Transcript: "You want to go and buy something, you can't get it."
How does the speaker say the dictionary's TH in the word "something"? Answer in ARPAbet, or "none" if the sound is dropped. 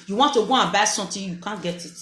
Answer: T